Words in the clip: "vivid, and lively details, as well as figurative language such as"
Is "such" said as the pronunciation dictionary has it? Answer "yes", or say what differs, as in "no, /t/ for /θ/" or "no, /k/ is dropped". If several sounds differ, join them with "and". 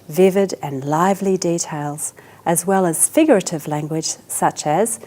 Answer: yes